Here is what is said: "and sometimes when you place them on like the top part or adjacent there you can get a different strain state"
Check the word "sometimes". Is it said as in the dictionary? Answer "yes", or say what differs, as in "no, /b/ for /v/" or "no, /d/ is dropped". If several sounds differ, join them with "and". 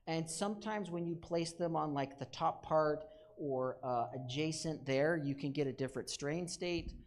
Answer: yes